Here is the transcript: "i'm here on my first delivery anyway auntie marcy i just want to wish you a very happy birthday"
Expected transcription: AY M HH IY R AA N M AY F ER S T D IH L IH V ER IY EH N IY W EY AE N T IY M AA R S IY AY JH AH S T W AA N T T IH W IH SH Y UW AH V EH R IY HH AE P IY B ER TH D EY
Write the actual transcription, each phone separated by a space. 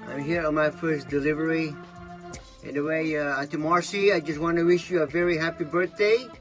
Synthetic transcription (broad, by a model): AY M HH IY R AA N M AY F ER S D IH L IH V ER IY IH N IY W EY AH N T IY M AA R S IY AY JH AH S T W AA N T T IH W IH SH Y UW AH V EH R IY HH AE P IY B ER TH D EY